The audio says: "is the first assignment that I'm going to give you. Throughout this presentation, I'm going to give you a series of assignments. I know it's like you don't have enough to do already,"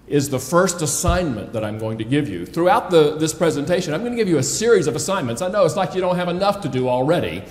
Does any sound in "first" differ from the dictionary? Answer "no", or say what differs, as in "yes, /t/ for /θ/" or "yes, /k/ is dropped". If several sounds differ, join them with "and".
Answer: no